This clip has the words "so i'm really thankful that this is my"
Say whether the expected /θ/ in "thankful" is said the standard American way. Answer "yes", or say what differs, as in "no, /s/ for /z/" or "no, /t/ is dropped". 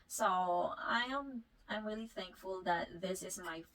yes